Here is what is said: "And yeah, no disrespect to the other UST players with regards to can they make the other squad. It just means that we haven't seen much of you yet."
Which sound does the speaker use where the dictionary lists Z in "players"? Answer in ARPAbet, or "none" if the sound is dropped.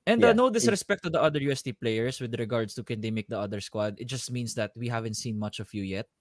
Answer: S